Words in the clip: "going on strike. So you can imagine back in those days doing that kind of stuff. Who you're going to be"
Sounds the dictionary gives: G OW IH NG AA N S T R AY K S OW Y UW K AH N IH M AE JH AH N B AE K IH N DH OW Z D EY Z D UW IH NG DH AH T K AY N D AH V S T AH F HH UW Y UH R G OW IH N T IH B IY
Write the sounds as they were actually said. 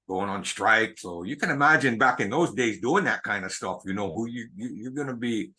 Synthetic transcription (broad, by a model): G OW IH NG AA N S T R AY K S OW Y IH K AH N IH M AE JH AH N B AE K IH N DH OW Z D EY Z D UW IH NG DH AH T K AY N D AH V S T AH F HH UW Y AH R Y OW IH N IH B IY